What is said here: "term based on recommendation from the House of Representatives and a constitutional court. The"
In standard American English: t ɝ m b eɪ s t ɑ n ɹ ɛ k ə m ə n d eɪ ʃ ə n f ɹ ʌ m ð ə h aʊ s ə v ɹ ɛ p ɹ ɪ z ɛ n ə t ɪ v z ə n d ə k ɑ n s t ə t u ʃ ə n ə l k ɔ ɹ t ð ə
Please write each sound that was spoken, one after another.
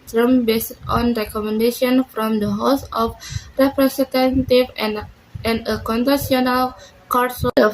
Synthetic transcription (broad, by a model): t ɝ m b eɪ s t ɑ n ɹ ɛ k ə m ə n d eɪ ʃ ə n f ɹ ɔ m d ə h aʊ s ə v ɹ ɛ p ɹ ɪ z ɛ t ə t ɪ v ə n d ə k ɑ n t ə s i ə n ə l k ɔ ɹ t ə